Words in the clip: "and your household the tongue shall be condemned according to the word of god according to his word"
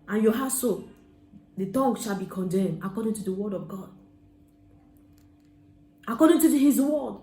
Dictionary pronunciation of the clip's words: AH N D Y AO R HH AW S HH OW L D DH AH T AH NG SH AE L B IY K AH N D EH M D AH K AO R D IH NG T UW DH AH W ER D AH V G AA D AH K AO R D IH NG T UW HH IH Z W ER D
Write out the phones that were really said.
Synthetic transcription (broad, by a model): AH N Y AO HH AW S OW D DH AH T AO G SH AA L B IY K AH N D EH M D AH K AO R D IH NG T UW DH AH W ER D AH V G AA D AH K AO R D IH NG T UW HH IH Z W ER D